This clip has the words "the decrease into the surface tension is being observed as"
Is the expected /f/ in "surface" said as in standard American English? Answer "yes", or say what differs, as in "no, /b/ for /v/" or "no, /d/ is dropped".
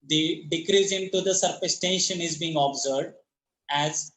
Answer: no, /p/ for /f/